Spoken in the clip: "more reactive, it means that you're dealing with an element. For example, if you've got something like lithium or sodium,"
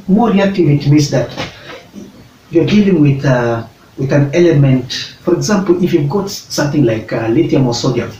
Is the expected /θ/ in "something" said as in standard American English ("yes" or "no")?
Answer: yes